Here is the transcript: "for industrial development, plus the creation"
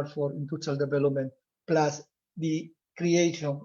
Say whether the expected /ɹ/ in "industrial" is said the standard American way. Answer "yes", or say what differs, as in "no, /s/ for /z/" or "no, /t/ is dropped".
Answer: no, /ɹ/ is dropped